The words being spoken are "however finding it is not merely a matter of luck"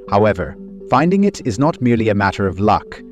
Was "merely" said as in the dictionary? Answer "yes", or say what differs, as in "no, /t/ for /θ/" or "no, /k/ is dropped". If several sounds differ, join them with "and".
yes